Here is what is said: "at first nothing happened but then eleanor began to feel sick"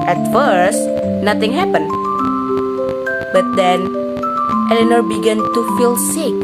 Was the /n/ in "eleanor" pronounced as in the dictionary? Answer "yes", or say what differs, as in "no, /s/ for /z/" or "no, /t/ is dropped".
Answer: yes